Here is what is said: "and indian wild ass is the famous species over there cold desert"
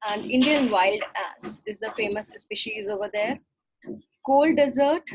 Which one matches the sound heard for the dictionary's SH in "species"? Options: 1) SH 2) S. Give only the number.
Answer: 1